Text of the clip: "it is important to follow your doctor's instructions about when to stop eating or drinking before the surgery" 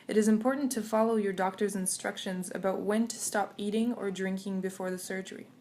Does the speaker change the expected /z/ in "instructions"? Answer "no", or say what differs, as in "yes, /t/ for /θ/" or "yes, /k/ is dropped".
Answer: no